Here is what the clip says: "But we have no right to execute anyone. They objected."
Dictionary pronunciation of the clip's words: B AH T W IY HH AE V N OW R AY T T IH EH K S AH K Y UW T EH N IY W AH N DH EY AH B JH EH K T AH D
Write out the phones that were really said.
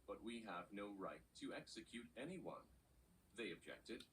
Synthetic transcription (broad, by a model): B AH T W IY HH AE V N OW R AY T T IH EH K S AH K Y UW T EH N IY W AH N DH EY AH B JH EH K T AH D